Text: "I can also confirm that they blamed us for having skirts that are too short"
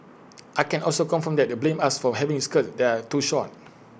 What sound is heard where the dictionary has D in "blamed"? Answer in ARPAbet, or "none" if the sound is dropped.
none